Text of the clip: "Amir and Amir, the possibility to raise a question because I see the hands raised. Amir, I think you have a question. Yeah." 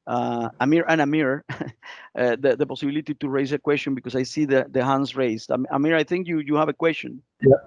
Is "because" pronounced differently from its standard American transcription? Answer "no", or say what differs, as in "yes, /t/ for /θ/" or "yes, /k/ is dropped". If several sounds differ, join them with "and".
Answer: yes, /s/ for /z/